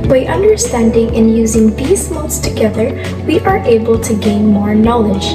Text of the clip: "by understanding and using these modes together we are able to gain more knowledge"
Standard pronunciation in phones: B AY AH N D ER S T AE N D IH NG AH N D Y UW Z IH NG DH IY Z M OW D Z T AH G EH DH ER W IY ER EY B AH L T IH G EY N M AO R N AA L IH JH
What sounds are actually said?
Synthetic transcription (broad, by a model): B AY AH N D ER S T AE N D IH NG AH N Y UW Z IH NG DH IY Z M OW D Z T AH G EH DH ER W IY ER EY B AH L T IH G EY N M AO R N AA L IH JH